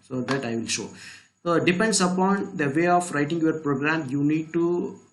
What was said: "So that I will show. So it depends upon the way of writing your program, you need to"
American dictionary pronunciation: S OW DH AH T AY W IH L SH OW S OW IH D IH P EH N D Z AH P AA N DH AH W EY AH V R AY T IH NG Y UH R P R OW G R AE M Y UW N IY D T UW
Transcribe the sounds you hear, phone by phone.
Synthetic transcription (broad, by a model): S OW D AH T AY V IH L SH OW S OW D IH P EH N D S AH P AA N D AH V EY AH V R AY T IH NG Y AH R P R OW G R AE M Y UW N IY D T UW